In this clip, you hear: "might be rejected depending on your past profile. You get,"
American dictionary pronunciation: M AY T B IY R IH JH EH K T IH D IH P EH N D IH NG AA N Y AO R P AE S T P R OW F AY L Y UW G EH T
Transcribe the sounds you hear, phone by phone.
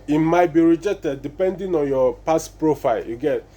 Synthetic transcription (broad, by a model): M AY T B IY R IH JH EH K T IH D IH P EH N D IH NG AA N Y AO P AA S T P R OW F AY L Y UW G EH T